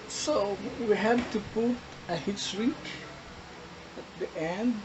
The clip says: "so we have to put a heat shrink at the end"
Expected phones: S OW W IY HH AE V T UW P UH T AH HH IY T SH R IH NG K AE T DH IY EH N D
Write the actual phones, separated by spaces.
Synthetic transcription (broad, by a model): S OW W IY HH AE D T UW P UH T AH HH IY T S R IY K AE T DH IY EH N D